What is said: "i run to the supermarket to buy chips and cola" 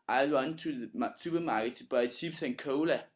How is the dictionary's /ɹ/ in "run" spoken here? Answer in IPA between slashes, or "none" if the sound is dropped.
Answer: /w/